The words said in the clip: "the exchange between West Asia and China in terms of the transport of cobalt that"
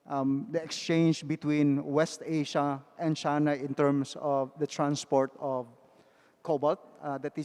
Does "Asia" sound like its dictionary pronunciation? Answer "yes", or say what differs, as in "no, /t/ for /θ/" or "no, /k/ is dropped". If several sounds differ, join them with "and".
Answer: no, /ʃ/ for /ʒ/